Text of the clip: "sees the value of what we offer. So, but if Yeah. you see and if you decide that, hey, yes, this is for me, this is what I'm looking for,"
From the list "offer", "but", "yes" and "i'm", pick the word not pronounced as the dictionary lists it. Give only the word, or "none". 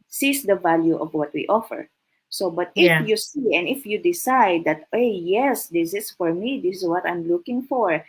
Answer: none